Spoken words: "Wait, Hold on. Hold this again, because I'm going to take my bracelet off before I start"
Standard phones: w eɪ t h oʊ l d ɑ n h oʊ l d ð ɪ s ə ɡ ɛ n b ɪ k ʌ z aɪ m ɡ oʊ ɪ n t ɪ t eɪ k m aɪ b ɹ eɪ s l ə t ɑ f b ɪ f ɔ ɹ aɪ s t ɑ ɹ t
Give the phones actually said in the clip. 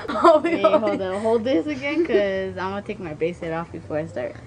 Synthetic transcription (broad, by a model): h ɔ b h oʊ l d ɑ h oʊ l d ð ɪ s ə ɡ ɛ n k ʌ z aɪ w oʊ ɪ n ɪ t eɪ k m aɪ b eɪ s ə t ɑ f b ɪ f ɔ ɹ aɪ s t ɑ ɹ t